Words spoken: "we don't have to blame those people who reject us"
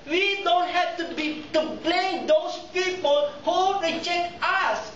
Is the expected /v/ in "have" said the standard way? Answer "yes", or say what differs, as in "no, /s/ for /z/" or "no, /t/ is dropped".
no, /b/ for /v/